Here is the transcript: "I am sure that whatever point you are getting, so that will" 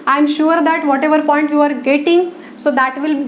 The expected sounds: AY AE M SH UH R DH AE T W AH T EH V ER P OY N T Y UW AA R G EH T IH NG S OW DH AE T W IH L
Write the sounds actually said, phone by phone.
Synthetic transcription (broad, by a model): AY M SH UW R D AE T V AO T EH V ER P OY N T Y UW AA R G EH T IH NG S OW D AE T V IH L